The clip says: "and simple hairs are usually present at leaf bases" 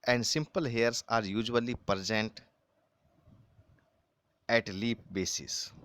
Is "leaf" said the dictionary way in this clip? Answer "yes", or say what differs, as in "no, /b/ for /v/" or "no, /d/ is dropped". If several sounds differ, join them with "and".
no, /p/ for /f/